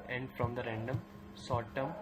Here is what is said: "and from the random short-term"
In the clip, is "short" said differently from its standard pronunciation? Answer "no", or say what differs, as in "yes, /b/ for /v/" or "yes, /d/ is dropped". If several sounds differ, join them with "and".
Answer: yes, /s/ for /ʃ/